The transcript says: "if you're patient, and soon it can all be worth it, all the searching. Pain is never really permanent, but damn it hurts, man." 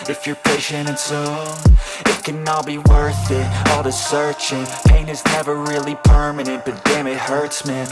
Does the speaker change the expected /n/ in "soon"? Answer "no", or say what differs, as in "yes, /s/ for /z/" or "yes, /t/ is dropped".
yes, /n/ is dropped